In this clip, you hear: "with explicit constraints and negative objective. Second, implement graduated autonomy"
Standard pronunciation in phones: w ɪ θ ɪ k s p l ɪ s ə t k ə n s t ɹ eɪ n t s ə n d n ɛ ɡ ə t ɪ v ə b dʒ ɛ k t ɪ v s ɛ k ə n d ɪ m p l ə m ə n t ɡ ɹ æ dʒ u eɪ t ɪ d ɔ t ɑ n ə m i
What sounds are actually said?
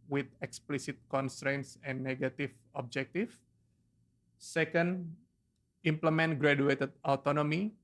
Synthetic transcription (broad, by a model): w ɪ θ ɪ k s p l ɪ s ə t k ə n s t ɹ eɪ n t s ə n n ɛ ɡ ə t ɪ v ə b dʒ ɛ k t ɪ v s ɛ k ə n d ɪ m p l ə m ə n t ɡ ɹ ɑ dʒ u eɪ t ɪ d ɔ t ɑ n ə m i